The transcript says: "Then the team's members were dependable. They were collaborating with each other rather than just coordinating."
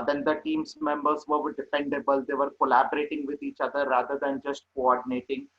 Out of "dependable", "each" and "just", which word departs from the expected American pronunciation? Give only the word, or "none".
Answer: dependable